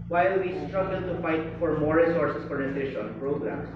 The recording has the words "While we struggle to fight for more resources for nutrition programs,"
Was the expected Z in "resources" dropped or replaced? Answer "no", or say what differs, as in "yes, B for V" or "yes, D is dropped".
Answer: yes, S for Z